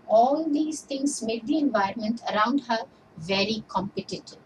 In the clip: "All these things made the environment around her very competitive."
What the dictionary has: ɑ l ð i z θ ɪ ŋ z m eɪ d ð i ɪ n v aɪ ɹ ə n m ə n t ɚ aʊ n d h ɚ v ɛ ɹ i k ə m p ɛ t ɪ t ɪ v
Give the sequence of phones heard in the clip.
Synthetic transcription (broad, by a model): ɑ l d i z t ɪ ŋ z m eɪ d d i ɪ n v aɪ ɹ ə n m ə n t ɚ aʊ n d h ɚ v ɛ ɹ i k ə m p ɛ t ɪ t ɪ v